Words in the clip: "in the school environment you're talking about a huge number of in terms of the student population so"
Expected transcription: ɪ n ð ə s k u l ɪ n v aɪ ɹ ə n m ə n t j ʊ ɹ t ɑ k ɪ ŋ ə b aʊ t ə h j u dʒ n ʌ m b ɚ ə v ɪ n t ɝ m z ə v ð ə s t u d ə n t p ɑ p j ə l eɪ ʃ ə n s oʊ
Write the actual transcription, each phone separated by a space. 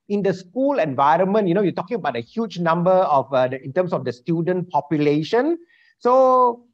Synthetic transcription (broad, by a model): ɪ n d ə s k u l ɪ n v aɪ ɹ ə n m ə n t j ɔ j t ɑ k ɪ ŋ ə b aʊ t ə h j u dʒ n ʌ m b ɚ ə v ɪ n t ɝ m s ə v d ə s t u d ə n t p ɑ p j ə l eɪ ʃ ə n s oʊ